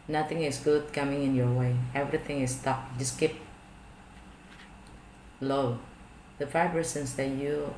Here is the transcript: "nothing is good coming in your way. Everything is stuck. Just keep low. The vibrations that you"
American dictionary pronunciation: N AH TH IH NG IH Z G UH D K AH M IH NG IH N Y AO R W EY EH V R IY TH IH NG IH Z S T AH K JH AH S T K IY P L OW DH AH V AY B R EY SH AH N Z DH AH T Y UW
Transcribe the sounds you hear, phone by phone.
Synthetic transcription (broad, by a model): N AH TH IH NG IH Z G UH D K AH M IH NG IH N Y AO R W EY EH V R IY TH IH NG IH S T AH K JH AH S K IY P L OW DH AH F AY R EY S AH N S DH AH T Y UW